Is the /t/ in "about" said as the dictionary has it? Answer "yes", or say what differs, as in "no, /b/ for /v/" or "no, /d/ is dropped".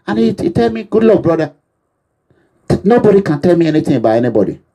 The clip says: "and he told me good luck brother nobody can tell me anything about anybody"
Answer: no, /t/ is dropped